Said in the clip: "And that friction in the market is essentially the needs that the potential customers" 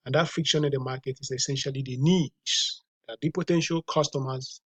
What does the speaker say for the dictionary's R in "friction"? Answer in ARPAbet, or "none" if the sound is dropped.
none